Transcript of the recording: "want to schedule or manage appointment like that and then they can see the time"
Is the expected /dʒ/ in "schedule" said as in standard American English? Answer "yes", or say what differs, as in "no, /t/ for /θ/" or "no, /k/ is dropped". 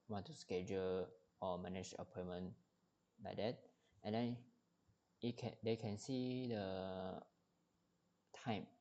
yes